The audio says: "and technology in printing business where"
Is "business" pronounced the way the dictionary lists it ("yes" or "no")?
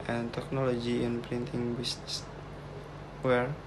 no